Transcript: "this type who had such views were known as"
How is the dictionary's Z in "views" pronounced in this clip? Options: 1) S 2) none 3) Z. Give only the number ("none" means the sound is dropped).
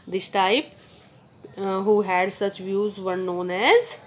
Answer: 3